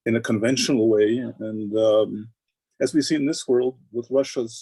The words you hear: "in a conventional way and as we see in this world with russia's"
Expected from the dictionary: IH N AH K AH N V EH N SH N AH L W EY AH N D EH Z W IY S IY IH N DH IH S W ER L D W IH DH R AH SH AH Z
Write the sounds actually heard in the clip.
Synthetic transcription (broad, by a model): IH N AH K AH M V EH N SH N L W EY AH N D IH Z W IY S IY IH N DH IH S W ER L D W IH DH R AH SH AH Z